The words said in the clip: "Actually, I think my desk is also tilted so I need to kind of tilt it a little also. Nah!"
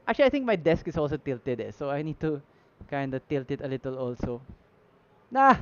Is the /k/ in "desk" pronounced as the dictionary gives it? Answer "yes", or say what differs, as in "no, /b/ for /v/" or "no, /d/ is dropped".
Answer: yes